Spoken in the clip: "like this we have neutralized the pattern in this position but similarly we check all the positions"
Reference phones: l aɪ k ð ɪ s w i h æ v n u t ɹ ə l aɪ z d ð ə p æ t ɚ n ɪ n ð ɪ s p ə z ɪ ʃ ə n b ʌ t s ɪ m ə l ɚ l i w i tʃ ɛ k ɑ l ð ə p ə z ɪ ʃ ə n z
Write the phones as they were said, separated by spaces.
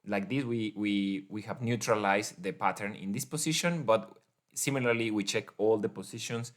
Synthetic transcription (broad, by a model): l aɪ k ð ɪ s w i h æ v n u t ɹ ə l aɪ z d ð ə p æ t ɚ n ɪ n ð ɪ s p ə s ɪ ʃ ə n b ʌ t s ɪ m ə l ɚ l i w i tʃ ɛ k ɑ l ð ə p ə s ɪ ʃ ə n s